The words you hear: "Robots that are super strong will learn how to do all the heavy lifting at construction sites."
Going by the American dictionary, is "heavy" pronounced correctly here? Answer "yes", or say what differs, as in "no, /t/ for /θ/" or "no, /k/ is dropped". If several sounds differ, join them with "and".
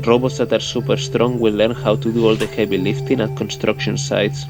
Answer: no, /b/ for /v/